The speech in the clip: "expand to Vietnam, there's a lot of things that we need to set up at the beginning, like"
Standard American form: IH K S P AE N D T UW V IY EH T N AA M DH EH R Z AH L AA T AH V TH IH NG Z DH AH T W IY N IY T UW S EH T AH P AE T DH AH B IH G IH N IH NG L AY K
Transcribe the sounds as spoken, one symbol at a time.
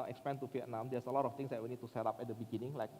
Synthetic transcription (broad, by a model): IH K S P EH N T UW F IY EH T N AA M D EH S AH L AA T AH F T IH NG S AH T W IY N IY T UW S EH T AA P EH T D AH B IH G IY N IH NG L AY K